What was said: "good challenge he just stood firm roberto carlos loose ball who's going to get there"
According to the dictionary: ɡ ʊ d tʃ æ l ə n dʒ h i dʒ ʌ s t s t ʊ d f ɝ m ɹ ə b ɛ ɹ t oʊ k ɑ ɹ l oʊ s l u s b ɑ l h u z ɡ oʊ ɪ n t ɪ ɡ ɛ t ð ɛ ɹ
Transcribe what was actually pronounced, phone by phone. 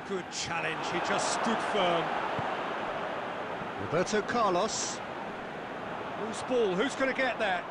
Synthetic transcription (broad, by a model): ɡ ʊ d tʃ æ l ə n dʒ h i dʒ ʌ s t s t ʊ d f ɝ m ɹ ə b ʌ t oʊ k ɑ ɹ l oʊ s w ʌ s b ɑ l h u z ɡ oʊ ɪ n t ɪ ɡ ɛ t ð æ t